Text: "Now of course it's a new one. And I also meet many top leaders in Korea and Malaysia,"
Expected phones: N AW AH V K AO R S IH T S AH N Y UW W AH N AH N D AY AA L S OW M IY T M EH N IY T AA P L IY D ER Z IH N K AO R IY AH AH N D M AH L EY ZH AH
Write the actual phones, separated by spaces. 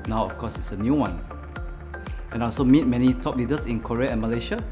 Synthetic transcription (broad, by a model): N AW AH F K AO S IH T S AH N Y UW W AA N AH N AA L S OW M IY T M EH N IY T AA P L IY D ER S IH N K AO R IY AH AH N M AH L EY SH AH